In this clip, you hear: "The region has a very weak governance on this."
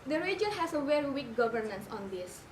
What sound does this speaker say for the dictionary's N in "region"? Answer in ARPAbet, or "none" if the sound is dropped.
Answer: L